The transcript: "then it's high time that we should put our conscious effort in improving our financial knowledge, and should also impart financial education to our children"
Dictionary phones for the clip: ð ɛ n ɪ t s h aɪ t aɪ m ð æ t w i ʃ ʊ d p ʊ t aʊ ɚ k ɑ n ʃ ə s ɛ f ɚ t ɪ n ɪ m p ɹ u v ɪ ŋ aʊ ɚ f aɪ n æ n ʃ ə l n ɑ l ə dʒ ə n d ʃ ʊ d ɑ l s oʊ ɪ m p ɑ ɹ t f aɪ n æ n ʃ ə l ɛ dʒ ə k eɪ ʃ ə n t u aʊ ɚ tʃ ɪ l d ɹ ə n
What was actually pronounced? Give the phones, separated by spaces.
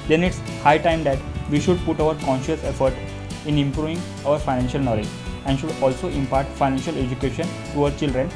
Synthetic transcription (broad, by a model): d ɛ n ɪ t s h aɪ t aɪ m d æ t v i ʃ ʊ d p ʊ t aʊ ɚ k ɑ n ʃ ə s ɛ f ɚ t ɪ n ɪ m p ɹ u v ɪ ŋ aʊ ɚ f aɪ n æ n ʃ ə l n ɑ l ə dʒ ə n d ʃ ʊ d ɑ l s oʊ ɪ m p ɑ ɹ t f aɪ n æ n ʃ ə l ɛ dʒ ə k eɪ ʃ ə n t u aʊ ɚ tʃ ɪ l d ɹ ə n